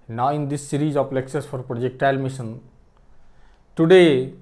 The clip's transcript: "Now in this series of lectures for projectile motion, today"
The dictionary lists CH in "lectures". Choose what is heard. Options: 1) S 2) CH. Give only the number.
1